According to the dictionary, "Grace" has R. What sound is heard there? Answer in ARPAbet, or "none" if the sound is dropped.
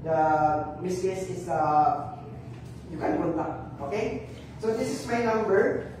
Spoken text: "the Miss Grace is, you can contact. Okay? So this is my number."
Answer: none